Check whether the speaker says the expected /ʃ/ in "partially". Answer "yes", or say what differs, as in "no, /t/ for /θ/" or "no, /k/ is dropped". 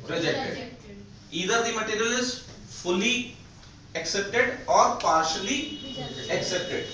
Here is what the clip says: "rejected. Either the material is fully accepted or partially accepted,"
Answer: yes